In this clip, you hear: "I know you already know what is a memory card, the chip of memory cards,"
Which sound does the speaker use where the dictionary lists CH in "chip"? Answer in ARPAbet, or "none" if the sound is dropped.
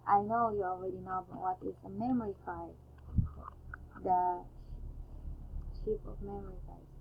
SH